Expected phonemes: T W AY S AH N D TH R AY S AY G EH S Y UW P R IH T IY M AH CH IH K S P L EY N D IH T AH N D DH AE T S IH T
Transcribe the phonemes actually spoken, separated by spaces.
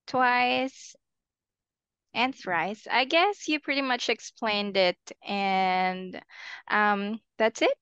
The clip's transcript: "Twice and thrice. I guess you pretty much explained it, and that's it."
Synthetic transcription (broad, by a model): T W AY S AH N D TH W AY S AY G EH S Y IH P R IH T IY M AH CH IH K S P L EY N D IH T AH N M DH AE T S IH T